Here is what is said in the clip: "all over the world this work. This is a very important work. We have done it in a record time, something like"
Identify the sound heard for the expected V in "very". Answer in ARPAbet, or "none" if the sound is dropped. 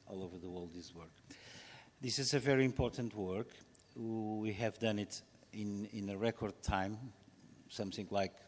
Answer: V